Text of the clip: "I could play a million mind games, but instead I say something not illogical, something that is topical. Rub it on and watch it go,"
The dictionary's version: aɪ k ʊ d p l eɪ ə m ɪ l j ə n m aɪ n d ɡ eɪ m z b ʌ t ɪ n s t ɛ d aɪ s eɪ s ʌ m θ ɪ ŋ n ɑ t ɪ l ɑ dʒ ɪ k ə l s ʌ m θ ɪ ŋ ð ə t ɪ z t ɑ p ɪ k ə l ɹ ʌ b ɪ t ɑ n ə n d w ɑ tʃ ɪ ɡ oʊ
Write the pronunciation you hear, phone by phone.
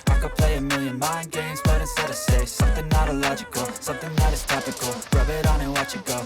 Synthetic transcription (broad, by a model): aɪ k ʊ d p l eɪ ə m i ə n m aɪ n ɡ eɪ m z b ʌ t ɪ s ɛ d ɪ s eɪ s ʌ m θ ɪ ŋ n ɑ t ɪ l ɑ dʒ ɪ k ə l s ʌ m θ ɪ ŋ ð ə t ɪ z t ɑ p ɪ k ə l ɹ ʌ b ɪ t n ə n w ɑ tʃ ɪ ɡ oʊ